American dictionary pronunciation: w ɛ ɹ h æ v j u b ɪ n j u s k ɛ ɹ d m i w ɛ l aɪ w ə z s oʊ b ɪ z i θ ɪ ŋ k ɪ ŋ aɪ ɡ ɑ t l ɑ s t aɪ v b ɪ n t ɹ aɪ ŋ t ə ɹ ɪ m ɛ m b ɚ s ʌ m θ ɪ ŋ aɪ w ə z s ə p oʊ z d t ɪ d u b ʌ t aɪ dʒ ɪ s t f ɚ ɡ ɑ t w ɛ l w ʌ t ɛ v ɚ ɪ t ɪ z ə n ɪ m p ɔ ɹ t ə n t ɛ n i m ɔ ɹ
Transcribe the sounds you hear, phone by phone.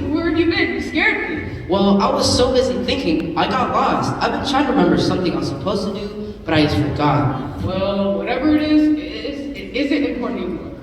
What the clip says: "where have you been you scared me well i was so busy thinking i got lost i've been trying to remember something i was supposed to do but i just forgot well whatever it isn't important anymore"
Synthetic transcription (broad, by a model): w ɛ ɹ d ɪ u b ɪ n s k ɛ ɹ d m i w ɛ l aɪ w ə z s oʊ b ɪ z i θ ɪ ŋ k ɪ ŋ aɪ ɡ ɑ t l ɑ s t aɪ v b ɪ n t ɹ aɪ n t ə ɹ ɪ m ɛ m b ɚ s ʌ m θ ɪ ŋ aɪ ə s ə p oʊ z t ɪ d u b ʌ t aɪ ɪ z f ɚ ɡ ɑ t w ɛ l w ʌ t ɛ v ɚ ɪ t ɪ z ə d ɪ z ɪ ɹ t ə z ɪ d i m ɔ ɹ